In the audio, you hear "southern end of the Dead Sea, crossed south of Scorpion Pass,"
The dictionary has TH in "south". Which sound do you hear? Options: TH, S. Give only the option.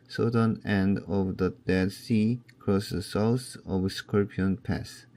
S